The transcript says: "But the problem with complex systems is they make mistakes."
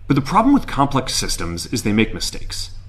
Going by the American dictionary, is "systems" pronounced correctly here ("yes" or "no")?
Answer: yes